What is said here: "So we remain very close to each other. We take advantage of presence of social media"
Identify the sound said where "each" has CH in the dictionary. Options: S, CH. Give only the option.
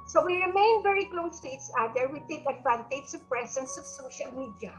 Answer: S